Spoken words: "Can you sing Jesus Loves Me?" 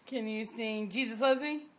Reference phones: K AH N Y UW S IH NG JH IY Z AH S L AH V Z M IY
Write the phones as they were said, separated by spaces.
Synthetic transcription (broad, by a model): K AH N Y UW S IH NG JH IY Z AH S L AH Z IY